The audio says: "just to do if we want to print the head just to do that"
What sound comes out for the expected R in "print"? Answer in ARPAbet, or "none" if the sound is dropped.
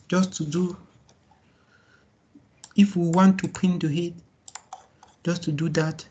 none